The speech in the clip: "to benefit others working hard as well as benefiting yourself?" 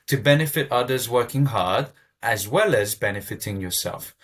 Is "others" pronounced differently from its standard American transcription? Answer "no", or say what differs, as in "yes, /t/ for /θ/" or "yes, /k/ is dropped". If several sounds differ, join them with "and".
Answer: no